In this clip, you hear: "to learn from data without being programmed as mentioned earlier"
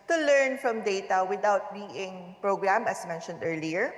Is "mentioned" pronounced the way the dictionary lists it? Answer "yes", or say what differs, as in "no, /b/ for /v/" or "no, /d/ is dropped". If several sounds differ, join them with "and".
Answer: yes